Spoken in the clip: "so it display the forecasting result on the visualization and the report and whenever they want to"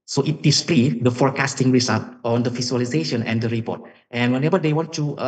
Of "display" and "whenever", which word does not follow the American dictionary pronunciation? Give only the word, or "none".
whenever